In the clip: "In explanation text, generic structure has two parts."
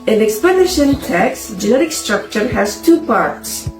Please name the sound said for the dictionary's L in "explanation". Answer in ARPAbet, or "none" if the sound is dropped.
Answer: none